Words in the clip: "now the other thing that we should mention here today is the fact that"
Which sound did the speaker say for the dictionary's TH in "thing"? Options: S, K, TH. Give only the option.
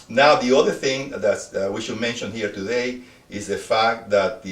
TH